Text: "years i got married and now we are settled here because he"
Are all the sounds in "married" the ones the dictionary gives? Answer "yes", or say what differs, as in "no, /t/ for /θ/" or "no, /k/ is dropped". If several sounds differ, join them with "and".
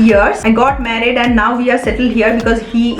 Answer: yes